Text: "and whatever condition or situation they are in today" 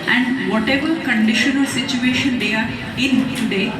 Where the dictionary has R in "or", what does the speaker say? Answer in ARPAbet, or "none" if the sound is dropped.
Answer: L